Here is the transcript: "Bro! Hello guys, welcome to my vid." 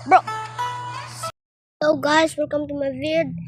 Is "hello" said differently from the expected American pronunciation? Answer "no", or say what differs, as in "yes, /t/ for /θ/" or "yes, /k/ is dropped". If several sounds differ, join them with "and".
yes, /l/ is dropped